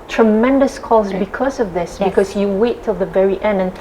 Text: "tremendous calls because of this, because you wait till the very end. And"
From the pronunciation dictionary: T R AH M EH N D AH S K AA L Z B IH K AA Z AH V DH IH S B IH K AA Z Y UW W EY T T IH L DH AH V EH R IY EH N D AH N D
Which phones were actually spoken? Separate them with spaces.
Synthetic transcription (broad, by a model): T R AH M EH N D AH S K AA Z B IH K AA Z AH V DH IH S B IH K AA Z Y UW W EY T T IH L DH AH V EH R IY EH N D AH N